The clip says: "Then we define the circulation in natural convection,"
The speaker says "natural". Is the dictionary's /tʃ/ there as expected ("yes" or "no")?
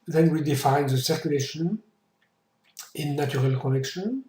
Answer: no